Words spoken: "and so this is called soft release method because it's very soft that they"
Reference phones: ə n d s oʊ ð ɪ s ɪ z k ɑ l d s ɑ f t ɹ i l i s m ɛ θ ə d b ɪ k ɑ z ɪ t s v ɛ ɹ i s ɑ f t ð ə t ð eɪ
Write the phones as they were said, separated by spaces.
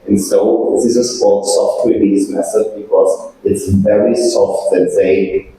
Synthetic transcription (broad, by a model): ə n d s oʊ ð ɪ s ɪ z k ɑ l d s ɑ f t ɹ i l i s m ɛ s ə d b ɪ k ɑ z ɪ t s v ɛ ɹ i s ɑ f t ð ə t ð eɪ